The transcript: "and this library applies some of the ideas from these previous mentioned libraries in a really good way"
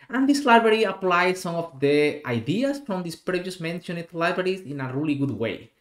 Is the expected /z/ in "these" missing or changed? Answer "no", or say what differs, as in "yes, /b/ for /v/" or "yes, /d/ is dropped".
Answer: yes, /s/ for /z/